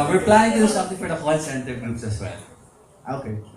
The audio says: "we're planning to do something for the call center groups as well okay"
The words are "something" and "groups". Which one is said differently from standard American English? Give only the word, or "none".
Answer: something